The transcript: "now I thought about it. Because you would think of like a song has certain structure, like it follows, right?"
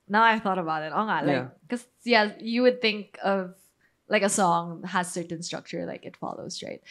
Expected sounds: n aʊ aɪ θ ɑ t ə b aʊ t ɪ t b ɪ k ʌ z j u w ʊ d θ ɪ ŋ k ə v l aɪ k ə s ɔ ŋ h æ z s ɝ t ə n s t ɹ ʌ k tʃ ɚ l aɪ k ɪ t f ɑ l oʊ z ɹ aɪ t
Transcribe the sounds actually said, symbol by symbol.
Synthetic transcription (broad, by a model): n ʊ aɪ θ ɑ t ə b aʊ t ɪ t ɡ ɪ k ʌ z j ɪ w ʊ d θ ɪ ŋ k ə v l aɪ k ə s ɔ ŋ h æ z s ɝ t n s t ɹ ʌ k tʃ ɚ l aɪ k ɪ t f ɑ l oʊ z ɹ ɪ t